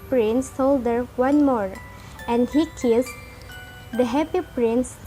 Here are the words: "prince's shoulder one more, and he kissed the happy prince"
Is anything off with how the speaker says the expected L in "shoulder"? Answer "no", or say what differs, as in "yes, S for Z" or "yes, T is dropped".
yes, L is dropped